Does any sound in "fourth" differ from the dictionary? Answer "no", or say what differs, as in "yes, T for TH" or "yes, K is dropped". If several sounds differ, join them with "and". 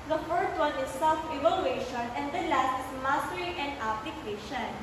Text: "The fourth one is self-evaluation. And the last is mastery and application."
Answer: yes, T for TH